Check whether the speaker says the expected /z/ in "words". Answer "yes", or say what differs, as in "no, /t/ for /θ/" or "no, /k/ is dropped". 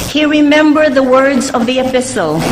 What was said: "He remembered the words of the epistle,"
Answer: yes